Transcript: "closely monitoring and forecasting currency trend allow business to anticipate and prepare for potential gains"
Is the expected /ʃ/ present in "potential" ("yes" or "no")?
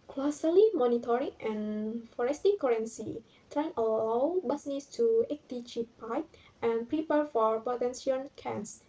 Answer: no